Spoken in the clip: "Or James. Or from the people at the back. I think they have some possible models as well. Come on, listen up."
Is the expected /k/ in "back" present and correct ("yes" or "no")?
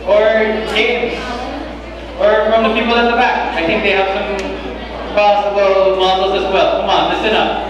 yes